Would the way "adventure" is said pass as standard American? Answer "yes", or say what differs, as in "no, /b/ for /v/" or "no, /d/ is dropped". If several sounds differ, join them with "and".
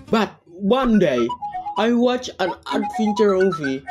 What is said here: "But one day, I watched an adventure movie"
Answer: no, /f/ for /v/